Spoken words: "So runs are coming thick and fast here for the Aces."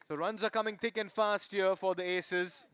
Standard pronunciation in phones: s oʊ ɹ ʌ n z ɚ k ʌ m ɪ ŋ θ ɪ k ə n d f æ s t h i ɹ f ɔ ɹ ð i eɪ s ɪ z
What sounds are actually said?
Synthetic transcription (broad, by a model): s oʊ ɹ ʌ n z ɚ k ʌ m ɪ ŋ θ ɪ k ə n d f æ s t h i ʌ f ɔ ɹ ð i eɪ s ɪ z